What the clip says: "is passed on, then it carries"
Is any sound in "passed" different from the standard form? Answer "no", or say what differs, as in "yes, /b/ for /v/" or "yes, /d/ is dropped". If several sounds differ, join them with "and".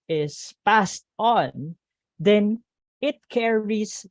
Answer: no